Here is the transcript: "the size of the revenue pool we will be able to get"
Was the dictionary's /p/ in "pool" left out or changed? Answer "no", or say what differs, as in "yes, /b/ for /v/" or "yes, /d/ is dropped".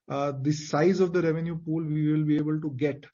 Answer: no